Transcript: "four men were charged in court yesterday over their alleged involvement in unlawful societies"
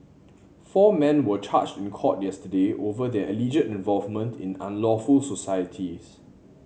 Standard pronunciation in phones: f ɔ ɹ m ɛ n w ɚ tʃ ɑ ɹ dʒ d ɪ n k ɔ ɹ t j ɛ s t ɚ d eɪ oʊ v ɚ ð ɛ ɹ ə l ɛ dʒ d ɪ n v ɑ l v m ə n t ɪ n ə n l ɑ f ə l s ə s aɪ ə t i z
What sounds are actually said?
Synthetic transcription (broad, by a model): f ɔ m ɛ n w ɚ tʃ ɑ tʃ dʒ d ɪ n k ɔ t j ɛ s t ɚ d eɪ oʊ v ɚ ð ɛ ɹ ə l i dʒ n ɪ n v ɑ l v m ə n t ɪ n ə n l ɑ f ə l s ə s aɪ ə t i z